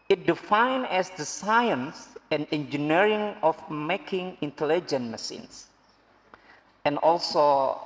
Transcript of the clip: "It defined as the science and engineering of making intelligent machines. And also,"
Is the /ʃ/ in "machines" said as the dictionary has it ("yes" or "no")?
no